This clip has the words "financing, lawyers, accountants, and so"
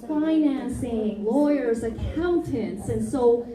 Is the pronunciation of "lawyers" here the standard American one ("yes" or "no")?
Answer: yes